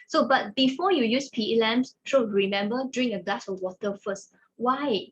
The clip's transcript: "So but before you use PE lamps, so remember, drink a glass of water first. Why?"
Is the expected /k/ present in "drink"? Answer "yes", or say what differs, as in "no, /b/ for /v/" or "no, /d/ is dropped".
no, /k/ is dropped